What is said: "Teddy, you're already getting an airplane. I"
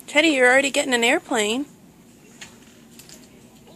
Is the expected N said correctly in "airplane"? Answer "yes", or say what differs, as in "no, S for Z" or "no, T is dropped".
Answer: yes